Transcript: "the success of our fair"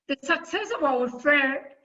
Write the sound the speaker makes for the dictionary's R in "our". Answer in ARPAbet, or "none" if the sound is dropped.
W